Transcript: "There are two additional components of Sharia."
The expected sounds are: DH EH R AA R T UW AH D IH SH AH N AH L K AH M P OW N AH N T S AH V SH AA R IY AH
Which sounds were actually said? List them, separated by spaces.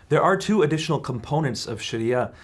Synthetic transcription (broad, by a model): DH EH R AA R T UW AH D IH SH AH N L K AH M P OW N AH N T S AH V SH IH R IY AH